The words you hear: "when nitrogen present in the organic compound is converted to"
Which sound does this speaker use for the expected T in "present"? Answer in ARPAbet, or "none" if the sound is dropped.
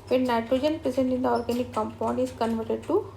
none